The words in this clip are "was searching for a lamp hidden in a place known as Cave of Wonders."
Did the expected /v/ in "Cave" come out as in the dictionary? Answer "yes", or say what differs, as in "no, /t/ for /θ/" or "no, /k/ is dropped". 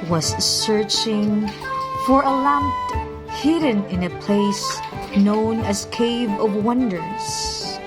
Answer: yes